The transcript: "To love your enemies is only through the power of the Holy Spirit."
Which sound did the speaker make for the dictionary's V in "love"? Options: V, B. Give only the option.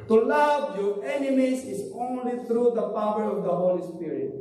B